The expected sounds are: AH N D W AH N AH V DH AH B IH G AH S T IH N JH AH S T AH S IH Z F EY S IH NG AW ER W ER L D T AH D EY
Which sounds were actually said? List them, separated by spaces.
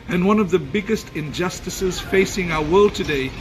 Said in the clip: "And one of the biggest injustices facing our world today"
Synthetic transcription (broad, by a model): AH N W AH N AH V DH AH B IH G AH S T IH N JH AH S T AH S IH Z F EY S IH NG AW ER W ER L D T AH D EY